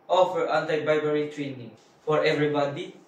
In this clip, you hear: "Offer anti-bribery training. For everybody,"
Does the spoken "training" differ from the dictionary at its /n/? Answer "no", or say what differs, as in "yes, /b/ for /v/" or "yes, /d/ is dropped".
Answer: no